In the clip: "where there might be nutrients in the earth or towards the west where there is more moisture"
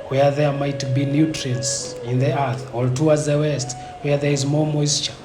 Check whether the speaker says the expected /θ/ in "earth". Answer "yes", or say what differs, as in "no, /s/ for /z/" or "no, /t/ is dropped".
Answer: yes